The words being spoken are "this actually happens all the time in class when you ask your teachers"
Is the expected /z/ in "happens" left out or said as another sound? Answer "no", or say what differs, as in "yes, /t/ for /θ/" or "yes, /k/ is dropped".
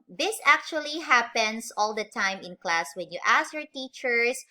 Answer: yes, /s/ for /z/